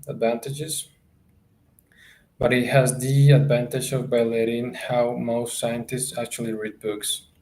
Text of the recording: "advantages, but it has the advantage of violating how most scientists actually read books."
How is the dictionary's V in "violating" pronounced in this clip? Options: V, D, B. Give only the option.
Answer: B